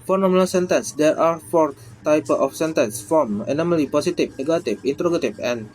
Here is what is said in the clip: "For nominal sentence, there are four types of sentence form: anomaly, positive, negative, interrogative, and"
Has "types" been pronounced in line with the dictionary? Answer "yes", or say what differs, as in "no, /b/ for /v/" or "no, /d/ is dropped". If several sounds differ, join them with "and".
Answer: no, /s/ is dropped